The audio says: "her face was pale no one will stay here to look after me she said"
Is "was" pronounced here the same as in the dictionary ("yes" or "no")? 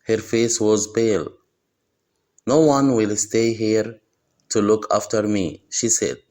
yes